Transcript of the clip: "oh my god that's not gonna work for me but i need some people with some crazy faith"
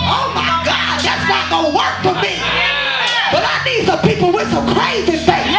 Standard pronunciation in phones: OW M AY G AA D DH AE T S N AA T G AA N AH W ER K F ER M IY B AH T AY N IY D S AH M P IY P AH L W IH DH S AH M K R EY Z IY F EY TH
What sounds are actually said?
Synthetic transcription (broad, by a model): OW M AY G AA D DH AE T S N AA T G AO AH W ER K F ER M IY B AH T AY N IY D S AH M P IY P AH L W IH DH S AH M K R EY Z IY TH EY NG